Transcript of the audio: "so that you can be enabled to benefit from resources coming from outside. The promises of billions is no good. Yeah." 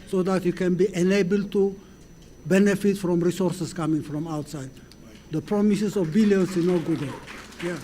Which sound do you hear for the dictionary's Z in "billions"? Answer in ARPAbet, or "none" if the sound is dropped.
S